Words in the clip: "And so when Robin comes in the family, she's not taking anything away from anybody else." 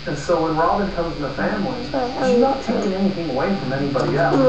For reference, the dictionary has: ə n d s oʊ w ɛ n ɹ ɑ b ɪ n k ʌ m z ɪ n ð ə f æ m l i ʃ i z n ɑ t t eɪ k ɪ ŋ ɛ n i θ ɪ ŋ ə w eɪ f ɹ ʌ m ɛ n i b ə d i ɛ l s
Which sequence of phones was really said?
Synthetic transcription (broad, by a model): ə n s oʊ w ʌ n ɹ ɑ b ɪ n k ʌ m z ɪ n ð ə f æ m l i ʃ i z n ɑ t t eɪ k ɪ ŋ ɛ n i θ ɪ ŋ ə w eɪ f ɹ ʌ m ɛ n i b ə d i ɛ l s